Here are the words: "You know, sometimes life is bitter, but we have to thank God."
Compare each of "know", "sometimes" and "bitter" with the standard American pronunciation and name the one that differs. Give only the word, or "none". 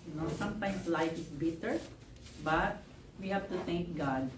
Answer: sometimes